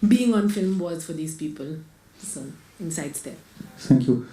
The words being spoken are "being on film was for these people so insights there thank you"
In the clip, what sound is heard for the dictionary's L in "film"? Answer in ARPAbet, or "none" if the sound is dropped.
L